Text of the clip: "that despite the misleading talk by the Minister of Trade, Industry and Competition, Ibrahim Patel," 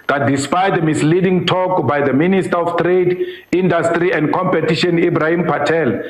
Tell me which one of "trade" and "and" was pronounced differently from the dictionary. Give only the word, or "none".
none